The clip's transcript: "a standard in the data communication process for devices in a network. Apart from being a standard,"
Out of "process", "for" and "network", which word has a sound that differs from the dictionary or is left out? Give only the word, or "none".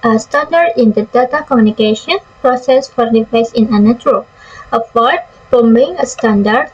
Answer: network